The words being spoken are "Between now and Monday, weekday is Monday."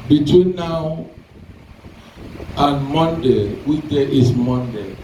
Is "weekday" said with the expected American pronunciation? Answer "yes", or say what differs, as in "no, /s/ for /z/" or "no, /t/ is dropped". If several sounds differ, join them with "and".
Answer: no, /k/ is dropped